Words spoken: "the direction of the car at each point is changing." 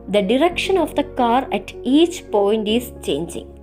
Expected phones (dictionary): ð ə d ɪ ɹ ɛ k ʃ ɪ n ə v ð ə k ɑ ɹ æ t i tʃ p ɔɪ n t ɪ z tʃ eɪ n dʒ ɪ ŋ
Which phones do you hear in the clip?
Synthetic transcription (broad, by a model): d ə d ɪ ɹ ɛ k ʃ ɪ n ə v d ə k ɑ ɹ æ t i tʃ p ɔɪ n t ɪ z tʃ eɪ n dʒ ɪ ŋ